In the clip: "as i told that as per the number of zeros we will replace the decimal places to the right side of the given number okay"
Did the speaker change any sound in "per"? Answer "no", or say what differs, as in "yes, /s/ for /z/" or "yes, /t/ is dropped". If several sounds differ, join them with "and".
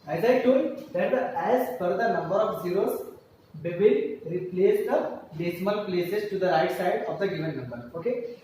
yes, /f/ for /p/